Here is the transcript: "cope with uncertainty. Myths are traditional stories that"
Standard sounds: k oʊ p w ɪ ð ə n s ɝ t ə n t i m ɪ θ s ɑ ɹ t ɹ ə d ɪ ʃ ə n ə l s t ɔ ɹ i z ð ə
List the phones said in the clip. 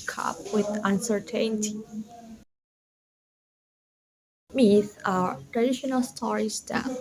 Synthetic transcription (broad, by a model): k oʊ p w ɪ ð ə n s ɝ t ə n t i m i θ ɑ ɹ t ɹ ə d ɪ ʃ ə n ə l s t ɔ ɹ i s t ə